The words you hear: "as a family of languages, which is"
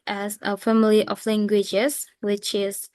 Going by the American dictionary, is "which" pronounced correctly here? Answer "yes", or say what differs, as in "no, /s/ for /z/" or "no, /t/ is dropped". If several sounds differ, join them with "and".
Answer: yes